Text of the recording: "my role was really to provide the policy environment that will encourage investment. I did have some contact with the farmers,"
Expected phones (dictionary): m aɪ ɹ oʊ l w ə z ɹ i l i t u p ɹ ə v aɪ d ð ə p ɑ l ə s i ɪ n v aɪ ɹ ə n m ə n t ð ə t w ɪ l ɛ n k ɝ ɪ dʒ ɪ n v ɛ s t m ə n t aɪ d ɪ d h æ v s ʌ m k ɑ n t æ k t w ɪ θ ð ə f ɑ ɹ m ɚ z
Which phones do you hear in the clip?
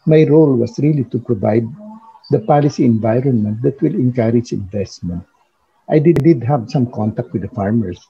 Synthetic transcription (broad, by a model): m aɪ ɹ oʊ l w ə s ɹ i l i t u p ɹ ə v aɪ d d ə p ɑ l ə s i ɪ n v aɪ ɹ ə n m ə n t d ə t w ɪ l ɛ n k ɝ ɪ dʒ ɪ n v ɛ s t m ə n t aɪ d ɪ d h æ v s ʌ m k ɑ n t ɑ k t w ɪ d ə f ɑ ɹ m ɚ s